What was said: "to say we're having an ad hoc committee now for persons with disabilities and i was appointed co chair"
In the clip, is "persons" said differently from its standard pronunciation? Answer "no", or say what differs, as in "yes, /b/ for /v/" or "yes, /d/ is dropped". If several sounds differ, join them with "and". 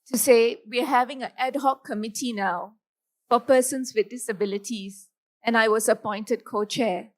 yes, /s/ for /z/